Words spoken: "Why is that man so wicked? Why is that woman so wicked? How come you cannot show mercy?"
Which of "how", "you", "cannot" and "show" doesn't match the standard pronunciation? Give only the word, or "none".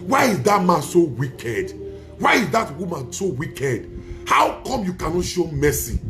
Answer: none